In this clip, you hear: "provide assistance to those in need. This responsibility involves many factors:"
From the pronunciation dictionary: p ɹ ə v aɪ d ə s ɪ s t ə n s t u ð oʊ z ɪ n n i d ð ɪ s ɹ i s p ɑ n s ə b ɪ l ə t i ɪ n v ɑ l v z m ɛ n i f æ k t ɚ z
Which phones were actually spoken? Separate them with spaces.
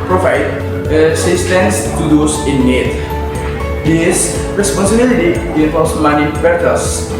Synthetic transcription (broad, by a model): p ɹ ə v aɪ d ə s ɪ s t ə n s t u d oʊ s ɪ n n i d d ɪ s ɹ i s p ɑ n s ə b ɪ l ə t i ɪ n f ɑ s m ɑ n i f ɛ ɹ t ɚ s